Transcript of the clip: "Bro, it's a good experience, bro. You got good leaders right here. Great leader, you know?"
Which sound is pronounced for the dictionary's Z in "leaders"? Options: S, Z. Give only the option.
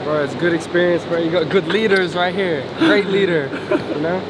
Z